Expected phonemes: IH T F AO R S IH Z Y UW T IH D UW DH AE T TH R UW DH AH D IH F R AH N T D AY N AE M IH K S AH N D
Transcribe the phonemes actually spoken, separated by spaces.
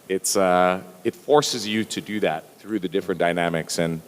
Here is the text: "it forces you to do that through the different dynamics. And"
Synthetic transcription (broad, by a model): IH T F AO R S IH Z Y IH T IH D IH DH AE T TH R UW DH AH D IH F R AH N D AY N AE M IH K S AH N